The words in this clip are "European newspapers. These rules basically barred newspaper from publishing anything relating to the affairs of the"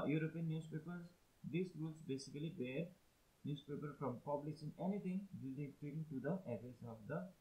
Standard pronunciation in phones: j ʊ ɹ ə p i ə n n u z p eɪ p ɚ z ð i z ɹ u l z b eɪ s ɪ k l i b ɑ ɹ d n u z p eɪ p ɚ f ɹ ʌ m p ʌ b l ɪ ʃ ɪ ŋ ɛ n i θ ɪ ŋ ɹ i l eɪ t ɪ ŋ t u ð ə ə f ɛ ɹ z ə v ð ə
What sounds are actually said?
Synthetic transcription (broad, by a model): j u ɹ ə p i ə n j u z p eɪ p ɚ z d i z ɹ u l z b eɪ s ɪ k l i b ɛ ɹ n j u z p eɪ p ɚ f ɹ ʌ m p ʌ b l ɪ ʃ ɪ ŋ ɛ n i t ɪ ŋ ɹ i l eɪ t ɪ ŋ t u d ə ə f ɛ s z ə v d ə